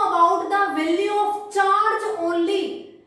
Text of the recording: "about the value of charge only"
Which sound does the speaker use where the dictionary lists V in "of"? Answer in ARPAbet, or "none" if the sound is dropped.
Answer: P